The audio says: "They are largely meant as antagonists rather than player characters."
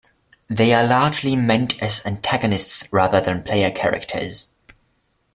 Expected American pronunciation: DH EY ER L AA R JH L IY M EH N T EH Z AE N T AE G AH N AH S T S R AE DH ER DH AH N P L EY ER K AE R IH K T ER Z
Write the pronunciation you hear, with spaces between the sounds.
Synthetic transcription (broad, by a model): DH EY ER L AA JH L IY M EH N T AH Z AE N T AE G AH N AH S T S R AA DH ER DH AH N P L EY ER K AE R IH K T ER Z